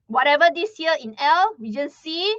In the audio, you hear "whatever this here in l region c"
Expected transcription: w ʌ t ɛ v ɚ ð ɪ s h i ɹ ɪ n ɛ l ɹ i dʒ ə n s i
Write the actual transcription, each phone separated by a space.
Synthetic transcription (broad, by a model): w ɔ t ɛ v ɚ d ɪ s h i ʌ ɪ n ɛ l w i dʒ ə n s i